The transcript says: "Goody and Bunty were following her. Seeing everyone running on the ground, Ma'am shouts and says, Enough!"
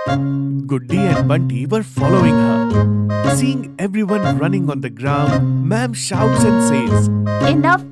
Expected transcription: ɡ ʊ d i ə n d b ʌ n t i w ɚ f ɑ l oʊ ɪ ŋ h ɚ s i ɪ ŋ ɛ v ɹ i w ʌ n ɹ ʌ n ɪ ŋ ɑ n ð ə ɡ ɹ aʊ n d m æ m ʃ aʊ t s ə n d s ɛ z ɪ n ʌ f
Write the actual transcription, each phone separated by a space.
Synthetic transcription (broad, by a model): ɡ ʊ d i ə n d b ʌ n t i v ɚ f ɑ l oʊ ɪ ŋ h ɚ s i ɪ ŋ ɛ v ɹ i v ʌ n ɹ ʌ n ɪ ŋ ɑ n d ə ɡ ɹ aʊ n d m æ m ʃ aʊ t s ə n d s ɛ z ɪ n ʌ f